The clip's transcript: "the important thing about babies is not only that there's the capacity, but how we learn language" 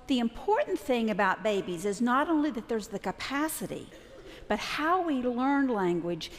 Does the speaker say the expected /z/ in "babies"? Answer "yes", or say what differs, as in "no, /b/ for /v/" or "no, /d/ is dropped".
yes